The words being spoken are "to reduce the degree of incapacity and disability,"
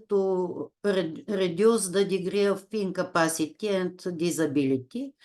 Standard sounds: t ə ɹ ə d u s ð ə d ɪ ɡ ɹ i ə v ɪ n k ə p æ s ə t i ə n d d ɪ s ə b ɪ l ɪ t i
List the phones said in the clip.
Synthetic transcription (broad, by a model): t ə ɹ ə d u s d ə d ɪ ɡ ɹ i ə f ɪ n k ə p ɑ s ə t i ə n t d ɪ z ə b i l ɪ t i